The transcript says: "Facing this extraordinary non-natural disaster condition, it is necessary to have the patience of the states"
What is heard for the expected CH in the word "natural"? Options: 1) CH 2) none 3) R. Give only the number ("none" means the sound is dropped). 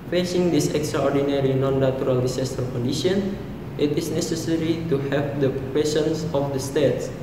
2